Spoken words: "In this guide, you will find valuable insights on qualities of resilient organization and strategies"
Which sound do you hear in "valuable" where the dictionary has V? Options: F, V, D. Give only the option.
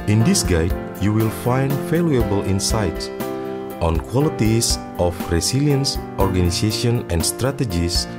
F